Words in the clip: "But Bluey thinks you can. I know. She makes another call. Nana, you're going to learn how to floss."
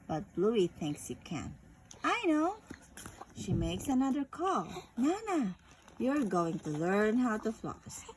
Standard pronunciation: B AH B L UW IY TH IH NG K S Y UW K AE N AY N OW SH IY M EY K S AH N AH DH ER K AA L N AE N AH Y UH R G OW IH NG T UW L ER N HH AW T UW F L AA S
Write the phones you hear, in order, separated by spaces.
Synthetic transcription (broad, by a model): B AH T L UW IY TH IH NG K S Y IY K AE N AY N OW SH IY M EY K S AH N AH DH ER K AA L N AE N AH Y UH R G OW IH NG T UW L ER N HH AW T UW F L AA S